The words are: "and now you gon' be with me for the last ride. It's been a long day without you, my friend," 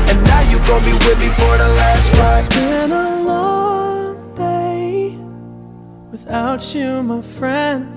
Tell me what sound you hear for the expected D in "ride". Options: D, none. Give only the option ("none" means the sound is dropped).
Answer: none